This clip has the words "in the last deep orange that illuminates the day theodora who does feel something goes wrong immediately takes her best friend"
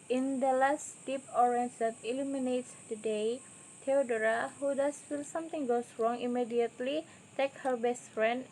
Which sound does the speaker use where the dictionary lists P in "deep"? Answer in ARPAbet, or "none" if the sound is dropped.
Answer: P